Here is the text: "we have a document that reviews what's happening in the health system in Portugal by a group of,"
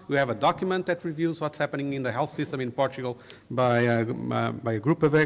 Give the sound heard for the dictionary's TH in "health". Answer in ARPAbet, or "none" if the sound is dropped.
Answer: TH